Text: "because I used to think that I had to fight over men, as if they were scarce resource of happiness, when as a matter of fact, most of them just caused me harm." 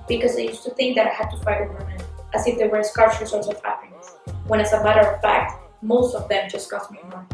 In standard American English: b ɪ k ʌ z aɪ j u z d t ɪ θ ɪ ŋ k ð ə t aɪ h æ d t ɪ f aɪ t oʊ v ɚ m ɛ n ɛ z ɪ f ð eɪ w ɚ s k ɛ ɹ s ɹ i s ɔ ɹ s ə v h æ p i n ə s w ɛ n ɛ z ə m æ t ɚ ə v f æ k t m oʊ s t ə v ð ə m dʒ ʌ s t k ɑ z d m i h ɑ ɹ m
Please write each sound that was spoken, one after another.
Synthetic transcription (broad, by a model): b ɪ k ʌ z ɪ j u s t ɪ θ ɪ ŋ k ð ə t aɪ h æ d t ɪ f aɪ t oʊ w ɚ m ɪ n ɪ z ɪ f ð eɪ w ɚ s k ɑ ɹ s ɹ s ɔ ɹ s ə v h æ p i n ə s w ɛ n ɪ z ə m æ t ɚ ə v f æ k t m oʊ s t ə v ð ə m dʒ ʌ s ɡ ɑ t m i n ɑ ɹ